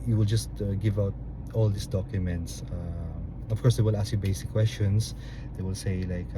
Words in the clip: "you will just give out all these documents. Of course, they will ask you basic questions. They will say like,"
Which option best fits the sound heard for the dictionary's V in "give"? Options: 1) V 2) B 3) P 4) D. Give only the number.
1